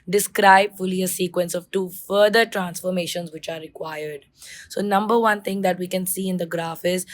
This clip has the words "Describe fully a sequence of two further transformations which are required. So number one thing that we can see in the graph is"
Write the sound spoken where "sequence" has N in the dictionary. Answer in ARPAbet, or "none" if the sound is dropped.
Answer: N